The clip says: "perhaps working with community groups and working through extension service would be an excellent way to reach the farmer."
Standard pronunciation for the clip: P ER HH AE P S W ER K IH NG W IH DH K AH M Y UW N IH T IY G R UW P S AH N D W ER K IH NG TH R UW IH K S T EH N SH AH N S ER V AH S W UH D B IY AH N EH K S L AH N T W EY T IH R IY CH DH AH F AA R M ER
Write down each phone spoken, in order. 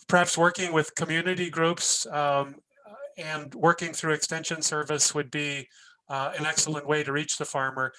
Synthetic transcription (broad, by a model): P ER HH AE P S W ER K IH NG W IH DH K AH M Y UW N IH T IY G R UW P S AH N W ER K IH NG TH R UW IH K S T EH N SH AH N S ER V AH S W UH D B IY AH N EH K S L AH N T W EY T IH R IY CH DH AH F AA R M ER